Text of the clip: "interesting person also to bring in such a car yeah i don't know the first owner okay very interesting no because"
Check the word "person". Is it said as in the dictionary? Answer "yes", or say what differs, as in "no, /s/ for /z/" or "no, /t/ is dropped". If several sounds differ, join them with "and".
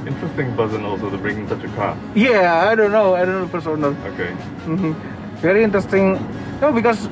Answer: no, /b/ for /p/